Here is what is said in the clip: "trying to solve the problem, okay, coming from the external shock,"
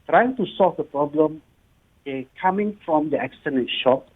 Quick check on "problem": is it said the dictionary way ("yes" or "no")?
yes